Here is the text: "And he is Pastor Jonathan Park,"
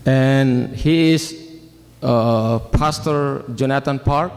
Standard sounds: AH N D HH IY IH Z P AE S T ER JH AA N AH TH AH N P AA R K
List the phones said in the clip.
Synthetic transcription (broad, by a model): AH N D HH IY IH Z P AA S T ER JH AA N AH T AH N P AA R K